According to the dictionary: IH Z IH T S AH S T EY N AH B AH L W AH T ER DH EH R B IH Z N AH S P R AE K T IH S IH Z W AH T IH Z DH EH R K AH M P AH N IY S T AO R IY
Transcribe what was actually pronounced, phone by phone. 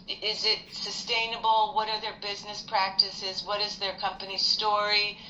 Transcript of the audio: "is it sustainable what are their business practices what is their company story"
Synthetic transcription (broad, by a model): IH Z IH T S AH S T EY N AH B L W AH T ER DH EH R B IH Z N AH S P R AE K T IH S IH Z W AH T IH Z DH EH R K AH M P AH N IY S T AO R IY